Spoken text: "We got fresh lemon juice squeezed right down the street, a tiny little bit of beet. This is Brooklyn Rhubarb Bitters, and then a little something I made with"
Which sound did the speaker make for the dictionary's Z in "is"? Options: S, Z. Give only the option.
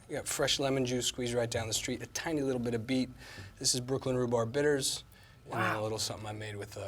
Z